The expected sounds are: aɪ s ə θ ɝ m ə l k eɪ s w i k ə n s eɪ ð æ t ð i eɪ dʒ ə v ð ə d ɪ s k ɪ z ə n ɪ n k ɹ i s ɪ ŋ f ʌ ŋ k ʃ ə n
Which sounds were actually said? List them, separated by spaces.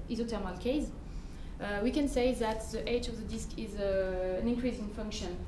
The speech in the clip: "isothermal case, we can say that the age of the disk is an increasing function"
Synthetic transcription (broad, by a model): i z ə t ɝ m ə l k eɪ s w i k ə n s eɪ ð æ t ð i eɪ dʒ ə v ð ə d ɪ s k ɪ z ə n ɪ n k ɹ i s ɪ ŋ f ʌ ŋ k ʃ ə n